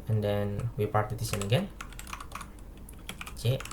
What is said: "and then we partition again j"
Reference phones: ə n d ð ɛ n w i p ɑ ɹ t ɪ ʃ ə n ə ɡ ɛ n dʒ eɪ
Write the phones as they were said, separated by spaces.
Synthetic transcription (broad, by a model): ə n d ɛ n w i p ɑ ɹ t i s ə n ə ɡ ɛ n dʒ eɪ